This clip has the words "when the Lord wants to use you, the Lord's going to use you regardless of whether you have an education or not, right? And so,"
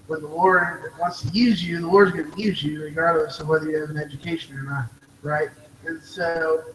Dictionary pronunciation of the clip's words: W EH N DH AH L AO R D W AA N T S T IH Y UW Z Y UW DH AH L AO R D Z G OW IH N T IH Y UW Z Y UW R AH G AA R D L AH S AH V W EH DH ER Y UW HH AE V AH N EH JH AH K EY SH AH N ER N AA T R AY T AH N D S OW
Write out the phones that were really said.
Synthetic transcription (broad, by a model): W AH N DH AH W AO R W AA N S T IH Y UW Z Y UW DH AH W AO R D Z G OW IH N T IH Y UW Z Y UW R AH G AA R D L AH S AH V W EH DH ER Y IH V AH N EH JH AH K EY SH AH N ER N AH T R AY T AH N S OW